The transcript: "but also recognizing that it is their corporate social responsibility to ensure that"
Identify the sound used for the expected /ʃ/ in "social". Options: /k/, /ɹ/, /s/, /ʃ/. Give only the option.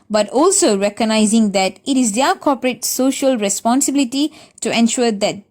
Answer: /ʃ/